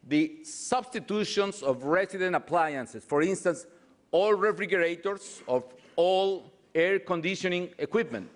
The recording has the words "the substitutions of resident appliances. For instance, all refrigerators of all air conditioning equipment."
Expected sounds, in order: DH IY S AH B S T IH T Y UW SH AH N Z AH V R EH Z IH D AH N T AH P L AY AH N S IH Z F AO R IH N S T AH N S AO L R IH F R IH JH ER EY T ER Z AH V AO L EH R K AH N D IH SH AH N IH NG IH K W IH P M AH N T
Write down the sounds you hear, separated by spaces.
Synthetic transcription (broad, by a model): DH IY S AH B S T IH T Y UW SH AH N S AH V R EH S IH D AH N T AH P L AY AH N S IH S F AO R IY N S T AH N S AO L R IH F R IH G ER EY T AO S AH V AO L EH R K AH N D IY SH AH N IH NG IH K W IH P M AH N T